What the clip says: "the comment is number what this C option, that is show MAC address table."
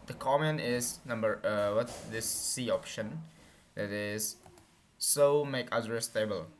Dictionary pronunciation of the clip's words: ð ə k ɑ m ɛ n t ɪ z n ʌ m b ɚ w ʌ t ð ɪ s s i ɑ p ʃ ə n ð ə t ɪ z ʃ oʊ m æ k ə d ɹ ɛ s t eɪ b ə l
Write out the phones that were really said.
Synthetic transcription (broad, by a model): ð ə k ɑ m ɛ n ɪ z n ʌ m b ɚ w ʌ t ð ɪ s s i ɑ p ʃ ə n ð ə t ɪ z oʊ m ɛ k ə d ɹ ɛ s t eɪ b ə l